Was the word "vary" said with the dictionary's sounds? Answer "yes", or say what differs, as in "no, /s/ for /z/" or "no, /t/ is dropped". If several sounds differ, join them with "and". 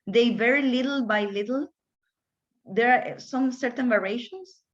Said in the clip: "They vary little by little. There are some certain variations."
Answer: yes